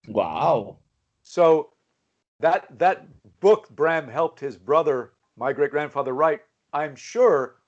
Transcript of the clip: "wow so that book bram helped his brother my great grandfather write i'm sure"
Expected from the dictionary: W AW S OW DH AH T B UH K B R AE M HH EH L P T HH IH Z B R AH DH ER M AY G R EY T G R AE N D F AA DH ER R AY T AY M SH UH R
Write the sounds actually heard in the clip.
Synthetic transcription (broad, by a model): W AW S OW DH AH T B UH K B R AE M HH EH L P T HH IH Z B R AH DH ER M AY G R EY T G R AE N D F AA DH ER R AY T AY M SH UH R